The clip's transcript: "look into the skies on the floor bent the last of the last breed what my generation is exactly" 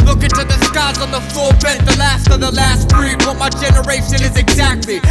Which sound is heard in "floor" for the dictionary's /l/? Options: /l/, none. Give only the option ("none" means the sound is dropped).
none